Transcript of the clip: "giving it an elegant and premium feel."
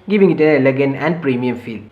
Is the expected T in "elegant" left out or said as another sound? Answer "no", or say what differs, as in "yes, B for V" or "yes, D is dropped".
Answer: yes, T is dropped